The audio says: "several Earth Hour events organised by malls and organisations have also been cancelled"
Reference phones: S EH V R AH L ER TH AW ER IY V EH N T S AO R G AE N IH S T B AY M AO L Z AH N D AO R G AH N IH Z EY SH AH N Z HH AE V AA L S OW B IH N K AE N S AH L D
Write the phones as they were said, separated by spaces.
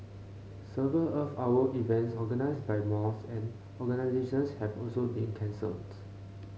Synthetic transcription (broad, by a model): S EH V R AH L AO F AW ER IY V EH N T S AO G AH N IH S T B AY M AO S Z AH N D AO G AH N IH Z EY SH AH N S HH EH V AA L S OW B IH N K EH N S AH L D